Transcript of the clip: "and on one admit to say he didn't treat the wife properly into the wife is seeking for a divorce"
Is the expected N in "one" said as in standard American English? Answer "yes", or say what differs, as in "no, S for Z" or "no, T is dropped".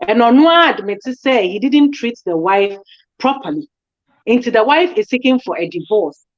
no, N is dropped